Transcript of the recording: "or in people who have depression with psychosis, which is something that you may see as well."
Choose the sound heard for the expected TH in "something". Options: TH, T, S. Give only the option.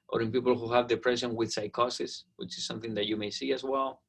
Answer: TH